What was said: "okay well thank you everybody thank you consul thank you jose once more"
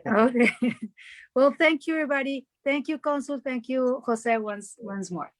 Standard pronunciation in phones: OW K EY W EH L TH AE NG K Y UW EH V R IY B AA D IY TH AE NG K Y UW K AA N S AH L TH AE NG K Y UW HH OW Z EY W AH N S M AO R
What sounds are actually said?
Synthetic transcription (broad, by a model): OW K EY W EH L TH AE NG K Y UW EH V R IY B AA D IY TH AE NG K Y UW K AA N S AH L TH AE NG K Y UW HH OW S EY W AH N S M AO R